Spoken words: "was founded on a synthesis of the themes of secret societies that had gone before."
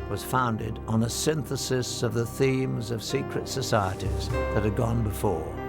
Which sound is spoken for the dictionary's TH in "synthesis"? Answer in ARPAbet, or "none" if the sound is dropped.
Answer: TH